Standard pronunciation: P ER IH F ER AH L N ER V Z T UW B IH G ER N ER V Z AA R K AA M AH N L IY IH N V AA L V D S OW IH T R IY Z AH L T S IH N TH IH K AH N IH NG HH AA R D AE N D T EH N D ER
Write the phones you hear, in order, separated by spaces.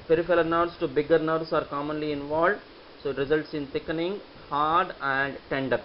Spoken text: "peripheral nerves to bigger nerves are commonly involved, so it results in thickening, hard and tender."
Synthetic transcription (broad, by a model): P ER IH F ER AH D N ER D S T UW B IH G ER N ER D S AA R K AA M AH N L IY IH N V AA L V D S OW IH T R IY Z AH L T S IH N T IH K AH N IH NG HH AA R D AE N D T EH N D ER